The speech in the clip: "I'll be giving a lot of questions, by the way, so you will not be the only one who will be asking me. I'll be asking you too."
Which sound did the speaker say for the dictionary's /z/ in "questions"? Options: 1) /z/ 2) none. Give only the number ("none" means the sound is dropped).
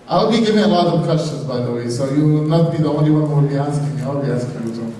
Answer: 1